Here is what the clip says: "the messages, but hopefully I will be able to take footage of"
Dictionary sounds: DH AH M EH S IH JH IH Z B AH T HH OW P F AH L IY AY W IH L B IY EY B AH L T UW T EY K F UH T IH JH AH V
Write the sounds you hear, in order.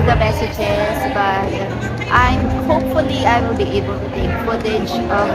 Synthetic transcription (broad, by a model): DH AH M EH S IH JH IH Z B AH T HH OW P F AH L IY AY W IH L B IY EY B AH L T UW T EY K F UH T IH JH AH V